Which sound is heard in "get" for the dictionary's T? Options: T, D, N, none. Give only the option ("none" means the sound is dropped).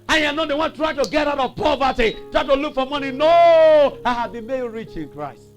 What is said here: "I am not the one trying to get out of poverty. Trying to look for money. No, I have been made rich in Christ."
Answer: T